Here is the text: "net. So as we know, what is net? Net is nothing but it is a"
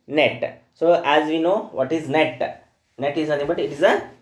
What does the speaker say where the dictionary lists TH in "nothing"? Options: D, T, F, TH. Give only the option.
T